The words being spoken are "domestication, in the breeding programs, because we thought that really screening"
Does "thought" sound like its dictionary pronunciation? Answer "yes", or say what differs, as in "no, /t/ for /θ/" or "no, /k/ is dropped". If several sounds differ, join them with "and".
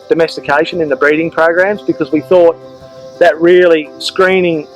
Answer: yes